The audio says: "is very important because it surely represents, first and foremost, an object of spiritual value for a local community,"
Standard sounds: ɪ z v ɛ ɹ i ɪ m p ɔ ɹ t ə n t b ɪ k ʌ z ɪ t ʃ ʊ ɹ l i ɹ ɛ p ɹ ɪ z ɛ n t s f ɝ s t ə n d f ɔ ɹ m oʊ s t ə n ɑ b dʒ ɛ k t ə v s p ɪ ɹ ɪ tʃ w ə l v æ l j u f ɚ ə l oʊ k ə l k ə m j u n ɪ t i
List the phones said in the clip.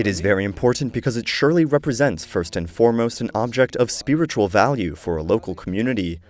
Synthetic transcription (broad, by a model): ɪ z v ɛ ɹ i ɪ m p ɔ ɹ t n b ɪ k ʌ z ɪ t ʃ ʊ ɹ l i ɹ ɛ p ɹ ɪ z ɛ n t s f ɝ s t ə n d f ɔ ɹ m oʊ s t ə n ɑ b dʒ ɛ k t ə v s p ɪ ɹ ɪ tʃ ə l v æ l j u f ɚ ə l oʊ k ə l k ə m j u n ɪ t i